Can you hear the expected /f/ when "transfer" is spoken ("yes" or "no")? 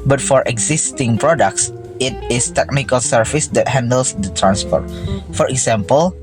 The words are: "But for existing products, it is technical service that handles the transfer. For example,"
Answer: no